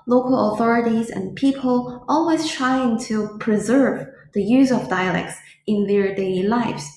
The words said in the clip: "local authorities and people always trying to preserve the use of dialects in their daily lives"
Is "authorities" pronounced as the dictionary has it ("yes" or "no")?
yes